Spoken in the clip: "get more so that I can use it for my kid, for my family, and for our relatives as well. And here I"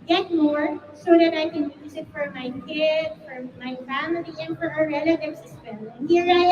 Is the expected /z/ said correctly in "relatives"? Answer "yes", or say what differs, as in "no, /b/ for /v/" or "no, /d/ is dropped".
no, /s/ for /z/